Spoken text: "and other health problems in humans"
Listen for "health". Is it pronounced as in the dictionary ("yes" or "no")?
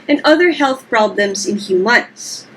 yes